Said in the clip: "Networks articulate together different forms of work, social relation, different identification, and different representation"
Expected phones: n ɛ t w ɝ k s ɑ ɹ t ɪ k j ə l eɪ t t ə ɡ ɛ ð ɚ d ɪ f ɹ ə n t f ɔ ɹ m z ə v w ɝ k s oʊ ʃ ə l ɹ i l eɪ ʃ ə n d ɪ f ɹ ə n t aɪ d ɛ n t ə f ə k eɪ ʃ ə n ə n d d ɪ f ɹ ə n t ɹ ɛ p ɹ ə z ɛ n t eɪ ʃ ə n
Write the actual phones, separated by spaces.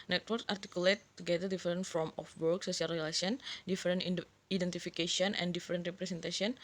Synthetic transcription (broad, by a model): n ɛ t w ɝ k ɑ ɹ t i k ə l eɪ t t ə ɡ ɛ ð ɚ d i f ɹ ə n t f ɔ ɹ m ə f w ɝ k s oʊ s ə l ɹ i l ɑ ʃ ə n d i f ɹ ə n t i d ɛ n t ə f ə k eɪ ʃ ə n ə n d d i f ɹ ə n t ɹ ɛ p ɹ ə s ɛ n t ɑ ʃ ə n